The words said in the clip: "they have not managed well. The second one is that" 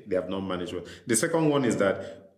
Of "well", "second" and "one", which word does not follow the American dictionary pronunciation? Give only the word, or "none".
well